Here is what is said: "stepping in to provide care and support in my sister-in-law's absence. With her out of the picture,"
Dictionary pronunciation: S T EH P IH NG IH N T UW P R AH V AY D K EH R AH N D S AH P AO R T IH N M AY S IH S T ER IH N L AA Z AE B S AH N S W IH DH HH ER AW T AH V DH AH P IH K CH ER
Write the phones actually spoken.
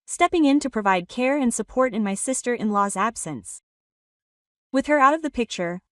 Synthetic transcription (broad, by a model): S T EH P IH NG IH N T UW P R AH V AY D K EH R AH N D S AH P AO R T IH N M AY S IH S T ER IH N L AA Z AE B S AH N S W IH DH ER AW T AH V DH AH P IH K CH ER